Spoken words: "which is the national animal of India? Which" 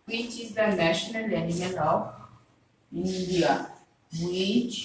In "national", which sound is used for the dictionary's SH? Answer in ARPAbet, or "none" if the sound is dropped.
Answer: SH